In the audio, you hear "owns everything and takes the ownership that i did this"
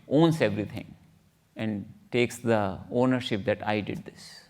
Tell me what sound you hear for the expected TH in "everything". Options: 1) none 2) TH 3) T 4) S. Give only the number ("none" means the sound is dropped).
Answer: 3